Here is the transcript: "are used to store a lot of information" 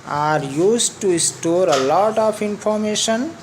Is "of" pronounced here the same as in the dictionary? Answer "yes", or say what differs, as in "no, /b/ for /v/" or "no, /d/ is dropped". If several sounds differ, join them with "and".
no, /p/ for /v/